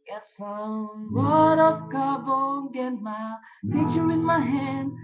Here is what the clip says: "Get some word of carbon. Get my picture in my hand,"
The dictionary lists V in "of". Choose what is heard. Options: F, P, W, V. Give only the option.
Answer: P